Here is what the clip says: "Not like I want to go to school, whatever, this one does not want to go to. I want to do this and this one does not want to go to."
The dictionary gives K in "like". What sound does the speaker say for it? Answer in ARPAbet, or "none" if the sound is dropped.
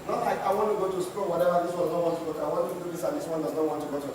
none